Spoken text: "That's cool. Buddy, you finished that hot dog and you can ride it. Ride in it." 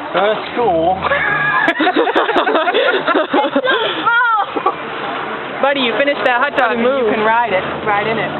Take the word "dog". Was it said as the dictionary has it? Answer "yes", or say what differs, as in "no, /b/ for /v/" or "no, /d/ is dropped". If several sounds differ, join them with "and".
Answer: no, /ɡ/ is dropped